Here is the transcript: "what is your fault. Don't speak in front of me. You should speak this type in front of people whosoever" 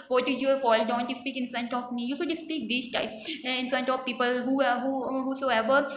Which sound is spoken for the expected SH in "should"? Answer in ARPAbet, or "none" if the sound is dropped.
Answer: S